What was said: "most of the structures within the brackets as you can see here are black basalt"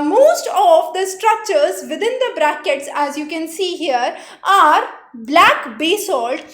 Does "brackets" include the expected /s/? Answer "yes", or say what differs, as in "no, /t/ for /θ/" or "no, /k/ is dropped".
yes